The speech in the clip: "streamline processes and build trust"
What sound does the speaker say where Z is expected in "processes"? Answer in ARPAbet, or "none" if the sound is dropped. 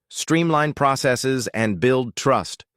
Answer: Z